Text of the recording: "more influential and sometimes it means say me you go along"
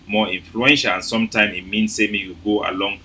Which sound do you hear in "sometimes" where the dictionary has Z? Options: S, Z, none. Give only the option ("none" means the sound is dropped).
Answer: none